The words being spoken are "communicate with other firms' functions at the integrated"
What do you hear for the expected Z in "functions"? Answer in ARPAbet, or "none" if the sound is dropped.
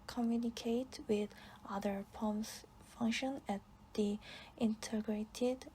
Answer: none